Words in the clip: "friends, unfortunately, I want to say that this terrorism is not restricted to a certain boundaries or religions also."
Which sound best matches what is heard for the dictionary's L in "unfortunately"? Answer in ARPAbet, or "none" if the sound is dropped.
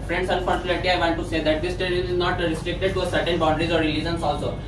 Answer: none